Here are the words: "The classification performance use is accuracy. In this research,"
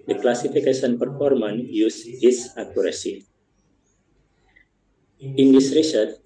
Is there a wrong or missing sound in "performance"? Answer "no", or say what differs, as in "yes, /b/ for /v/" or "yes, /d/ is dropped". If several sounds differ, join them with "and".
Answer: yes, /s/ is dropped